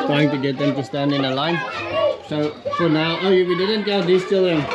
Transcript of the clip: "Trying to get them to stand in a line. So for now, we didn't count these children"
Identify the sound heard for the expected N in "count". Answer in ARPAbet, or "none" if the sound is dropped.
L